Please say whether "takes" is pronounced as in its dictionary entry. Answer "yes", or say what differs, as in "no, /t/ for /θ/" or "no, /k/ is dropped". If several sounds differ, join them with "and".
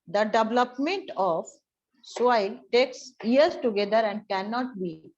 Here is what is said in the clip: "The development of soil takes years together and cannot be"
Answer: yes